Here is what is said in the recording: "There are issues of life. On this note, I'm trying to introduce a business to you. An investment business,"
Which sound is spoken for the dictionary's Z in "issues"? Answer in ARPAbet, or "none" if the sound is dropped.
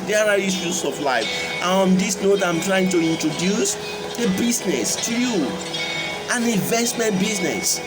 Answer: S